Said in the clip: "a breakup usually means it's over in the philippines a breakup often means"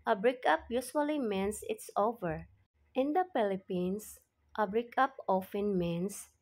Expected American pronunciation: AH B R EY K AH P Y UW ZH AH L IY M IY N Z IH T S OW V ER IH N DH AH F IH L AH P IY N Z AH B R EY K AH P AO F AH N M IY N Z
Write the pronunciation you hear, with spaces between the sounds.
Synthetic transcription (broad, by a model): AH B R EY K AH P Y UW S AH L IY M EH N S IH T S OW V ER IH N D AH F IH L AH P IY N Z AH B R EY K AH P AO F AH N M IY N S